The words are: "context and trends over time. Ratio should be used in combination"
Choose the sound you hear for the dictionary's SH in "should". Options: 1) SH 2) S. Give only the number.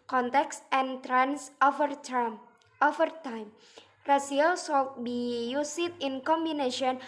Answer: 2